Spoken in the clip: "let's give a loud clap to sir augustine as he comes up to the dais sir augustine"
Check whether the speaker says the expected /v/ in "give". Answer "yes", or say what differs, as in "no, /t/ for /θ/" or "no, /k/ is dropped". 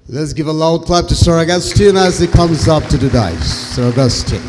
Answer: yes